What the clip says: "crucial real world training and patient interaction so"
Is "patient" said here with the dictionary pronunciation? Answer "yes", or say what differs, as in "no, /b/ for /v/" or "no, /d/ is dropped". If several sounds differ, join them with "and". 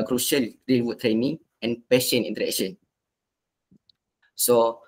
no, /t/ is dropped